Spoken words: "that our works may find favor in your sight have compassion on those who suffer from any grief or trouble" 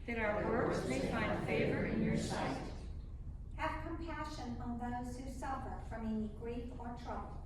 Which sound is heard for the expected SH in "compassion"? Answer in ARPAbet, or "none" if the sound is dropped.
SH